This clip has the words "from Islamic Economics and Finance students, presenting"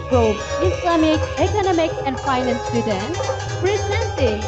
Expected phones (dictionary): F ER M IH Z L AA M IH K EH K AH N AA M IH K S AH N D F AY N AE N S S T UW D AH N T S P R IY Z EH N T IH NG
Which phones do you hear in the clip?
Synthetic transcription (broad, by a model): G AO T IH S L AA M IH K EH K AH N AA M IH K AH N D F AY N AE N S S T UW D AH N T S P R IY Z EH N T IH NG